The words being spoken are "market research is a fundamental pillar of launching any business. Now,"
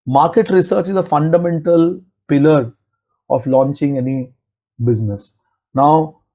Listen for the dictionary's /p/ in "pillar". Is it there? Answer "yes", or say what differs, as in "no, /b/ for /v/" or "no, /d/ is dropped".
yes